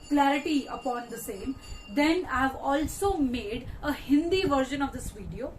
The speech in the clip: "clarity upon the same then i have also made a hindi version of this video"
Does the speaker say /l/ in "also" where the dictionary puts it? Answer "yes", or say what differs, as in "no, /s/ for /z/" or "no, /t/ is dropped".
yes